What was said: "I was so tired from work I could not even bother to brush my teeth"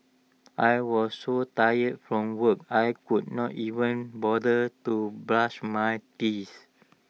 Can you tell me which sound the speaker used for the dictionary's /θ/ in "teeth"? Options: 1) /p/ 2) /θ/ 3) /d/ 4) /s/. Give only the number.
4